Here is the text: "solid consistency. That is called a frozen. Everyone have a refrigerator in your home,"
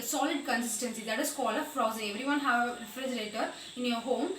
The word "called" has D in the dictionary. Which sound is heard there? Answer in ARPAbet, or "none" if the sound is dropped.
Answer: none